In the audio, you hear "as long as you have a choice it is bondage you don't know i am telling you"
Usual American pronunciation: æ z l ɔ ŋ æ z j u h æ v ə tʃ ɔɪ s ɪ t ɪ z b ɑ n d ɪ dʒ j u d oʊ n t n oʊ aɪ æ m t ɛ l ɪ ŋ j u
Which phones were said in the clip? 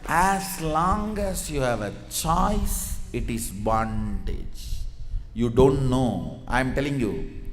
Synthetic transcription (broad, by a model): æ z l ɔ ŋ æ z j u h æ v ə tʃ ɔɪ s ɪ t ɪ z b ɑ n d ɪ dʒ j u d oʊ n t n oʊ aɪ m t ɛ l ɪ ŋ j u